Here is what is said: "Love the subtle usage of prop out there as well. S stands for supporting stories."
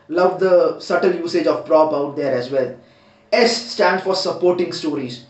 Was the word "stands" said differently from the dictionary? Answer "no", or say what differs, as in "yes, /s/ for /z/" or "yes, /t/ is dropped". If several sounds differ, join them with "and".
yes, /z/ is dropped